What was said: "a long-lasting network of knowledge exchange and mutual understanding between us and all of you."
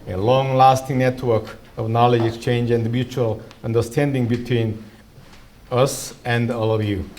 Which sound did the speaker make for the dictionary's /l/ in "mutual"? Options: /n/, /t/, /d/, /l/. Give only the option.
/l/